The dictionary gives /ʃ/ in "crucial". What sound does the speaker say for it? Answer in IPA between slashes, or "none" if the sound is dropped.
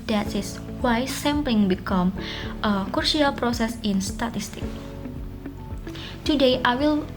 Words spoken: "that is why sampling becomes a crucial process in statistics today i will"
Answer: none